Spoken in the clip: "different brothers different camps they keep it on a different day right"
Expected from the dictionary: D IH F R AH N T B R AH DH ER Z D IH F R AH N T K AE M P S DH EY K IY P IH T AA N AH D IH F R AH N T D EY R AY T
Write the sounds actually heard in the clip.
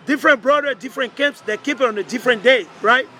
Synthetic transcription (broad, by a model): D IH F R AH N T B R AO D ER D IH F R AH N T K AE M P S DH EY K IY P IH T AA N AH D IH F R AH N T D EY R AY T